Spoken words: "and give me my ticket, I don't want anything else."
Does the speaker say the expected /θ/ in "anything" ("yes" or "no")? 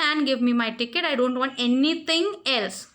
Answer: no